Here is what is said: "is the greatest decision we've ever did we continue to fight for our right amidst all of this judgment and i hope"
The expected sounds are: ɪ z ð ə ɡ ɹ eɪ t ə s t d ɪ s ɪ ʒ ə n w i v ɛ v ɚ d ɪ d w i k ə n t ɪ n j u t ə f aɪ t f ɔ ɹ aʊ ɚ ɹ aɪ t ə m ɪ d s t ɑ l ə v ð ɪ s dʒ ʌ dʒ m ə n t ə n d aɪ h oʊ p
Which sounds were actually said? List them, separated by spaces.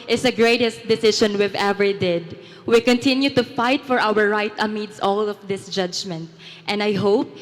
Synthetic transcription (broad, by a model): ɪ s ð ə ɡ ɹ eɪ t ə s t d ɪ s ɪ ʃ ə n w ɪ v ɛ v ɚ d ɪ d w i k ə n t ɪ n j u t ə f aɪ t f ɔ ɹ aʊ ɚ ɹ aɪ t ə m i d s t ɑ l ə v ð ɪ s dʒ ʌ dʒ m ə n t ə n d aɪ h oʊ p